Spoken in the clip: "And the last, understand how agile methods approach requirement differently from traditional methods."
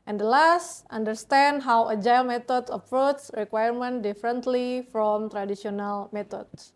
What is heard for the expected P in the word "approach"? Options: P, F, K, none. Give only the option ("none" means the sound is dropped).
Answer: F